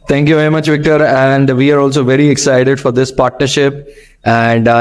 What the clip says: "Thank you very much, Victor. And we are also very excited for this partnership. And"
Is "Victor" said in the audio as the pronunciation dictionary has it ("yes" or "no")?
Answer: yes